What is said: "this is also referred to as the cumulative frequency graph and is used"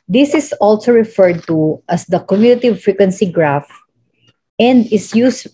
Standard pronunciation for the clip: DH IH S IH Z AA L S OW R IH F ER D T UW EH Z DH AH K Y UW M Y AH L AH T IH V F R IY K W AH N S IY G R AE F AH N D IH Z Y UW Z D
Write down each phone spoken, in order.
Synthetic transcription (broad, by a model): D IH S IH S AA L S OW R IH F ER D T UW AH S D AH K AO M Y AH N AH T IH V F R IY K W AH N S IY G R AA F AH N D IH S Y UW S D